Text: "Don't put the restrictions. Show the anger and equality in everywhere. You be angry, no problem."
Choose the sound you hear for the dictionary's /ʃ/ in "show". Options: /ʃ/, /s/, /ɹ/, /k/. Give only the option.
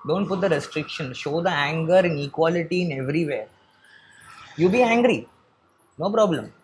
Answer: /ʃ/